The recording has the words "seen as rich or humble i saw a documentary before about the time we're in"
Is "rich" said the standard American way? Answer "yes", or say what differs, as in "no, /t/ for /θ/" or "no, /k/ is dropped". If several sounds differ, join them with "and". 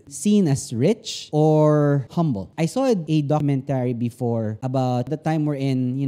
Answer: yes